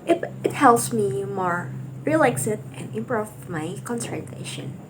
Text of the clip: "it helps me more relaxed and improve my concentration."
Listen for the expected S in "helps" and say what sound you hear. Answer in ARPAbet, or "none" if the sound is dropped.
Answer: S